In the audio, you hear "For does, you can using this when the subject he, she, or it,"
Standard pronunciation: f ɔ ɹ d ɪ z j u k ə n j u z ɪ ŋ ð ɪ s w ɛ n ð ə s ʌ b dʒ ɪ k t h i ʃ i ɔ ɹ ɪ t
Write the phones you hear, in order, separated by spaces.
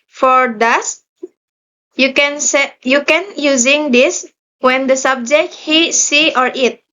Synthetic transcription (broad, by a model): f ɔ ɹ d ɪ s j u k ə n j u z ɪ ŋ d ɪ s w ɛ n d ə s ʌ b dʒ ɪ k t h i s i ɔ ɹ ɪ t